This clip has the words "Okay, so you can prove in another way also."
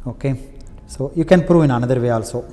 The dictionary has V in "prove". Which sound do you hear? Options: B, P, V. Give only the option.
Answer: V